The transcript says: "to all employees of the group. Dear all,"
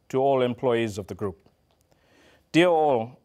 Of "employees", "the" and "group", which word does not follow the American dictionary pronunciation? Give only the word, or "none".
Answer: none